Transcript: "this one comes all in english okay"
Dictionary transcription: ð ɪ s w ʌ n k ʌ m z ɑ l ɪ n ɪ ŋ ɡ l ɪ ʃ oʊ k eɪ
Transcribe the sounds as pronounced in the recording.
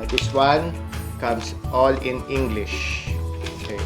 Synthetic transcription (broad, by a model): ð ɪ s w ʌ n k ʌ m s ɑ l ɪ n ɪ ŋ ɡ l ɪ ʃ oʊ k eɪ